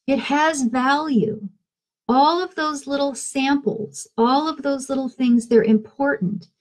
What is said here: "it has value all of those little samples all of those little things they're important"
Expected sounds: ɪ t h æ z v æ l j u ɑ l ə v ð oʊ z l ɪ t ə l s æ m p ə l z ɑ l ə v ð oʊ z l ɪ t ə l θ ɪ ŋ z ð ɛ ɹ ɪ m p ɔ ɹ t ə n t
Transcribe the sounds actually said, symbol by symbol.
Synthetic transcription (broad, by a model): ɪ t h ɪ z v æ l j u ɑ l ə v ð oʊ z l ɪ t l s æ m p l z ɑ l ə v ð oʊ z l ɪ t l θ ɪ ŋ z ð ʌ ɹ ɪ m p ɔ ɹ t n t